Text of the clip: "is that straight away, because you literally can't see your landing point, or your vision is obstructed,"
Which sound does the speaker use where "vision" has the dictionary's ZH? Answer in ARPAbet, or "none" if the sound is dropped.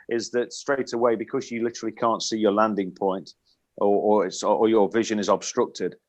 ZH